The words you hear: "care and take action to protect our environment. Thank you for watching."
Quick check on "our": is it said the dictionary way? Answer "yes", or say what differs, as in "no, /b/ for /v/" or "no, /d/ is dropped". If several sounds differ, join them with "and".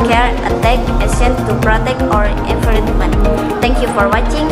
yes